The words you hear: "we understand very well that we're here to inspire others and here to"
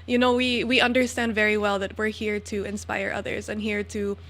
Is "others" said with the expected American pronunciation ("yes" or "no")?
yes